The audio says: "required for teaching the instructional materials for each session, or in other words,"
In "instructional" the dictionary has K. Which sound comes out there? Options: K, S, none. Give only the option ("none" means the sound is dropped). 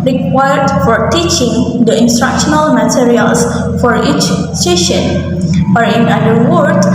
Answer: K